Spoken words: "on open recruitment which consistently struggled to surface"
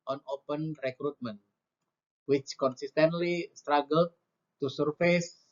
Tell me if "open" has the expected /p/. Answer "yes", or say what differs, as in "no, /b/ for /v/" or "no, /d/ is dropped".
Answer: yes